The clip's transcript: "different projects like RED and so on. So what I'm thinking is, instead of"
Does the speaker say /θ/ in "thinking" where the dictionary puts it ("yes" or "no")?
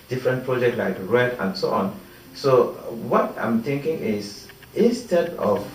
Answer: no